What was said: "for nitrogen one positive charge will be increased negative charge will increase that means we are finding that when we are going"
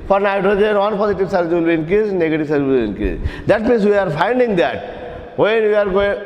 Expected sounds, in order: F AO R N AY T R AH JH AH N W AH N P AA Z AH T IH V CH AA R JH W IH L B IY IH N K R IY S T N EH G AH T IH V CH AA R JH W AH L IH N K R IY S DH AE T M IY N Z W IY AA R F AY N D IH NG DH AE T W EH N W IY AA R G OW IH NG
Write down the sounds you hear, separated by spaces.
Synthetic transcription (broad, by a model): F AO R N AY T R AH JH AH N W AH N P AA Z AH T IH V S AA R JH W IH L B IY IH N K IY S N EH G AH T IH V S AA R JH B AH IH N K IY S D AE T M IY N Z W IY AA R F AY N D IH NG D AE T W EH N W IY AA R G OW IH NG